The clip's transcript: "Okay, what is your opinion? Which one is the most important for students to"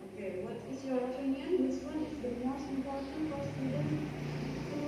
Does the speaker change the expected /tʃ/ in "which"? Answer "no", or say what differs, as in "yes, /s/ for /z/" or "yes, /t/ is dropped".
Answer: yes, /s/ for /tʃ/